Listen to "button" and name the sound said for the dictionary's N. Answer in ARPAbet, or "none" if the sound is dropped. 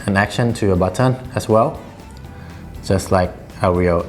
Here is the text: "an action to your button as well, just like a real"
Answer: N